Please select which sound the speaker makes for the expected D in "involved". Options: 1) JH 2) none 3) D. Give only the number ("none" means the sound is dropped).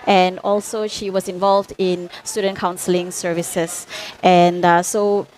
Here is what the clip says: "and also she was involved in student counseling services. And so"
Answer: 3